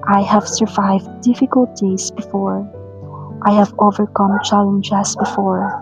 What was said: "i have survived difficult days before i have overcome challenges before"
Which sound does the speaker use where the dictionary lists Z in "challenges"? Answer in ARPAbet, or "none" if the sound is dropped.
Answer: S